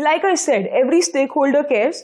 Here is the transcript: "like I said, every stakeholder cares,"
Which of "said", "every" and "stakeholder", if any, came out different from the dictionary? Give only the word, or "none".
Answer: none